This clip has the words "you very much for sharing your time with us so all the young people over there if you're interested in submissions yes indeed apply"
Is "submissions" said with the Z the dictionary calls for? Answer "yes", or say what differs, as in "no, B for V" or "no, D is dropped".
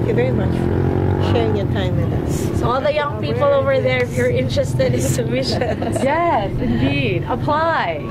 no, Z is dropped